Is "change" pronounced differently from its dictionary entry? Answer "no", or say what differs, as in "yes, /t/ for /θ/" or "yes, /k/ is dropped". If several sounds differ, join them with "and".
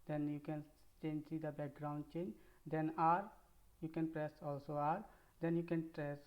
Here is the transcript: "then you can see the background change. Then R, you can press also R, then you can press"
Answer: no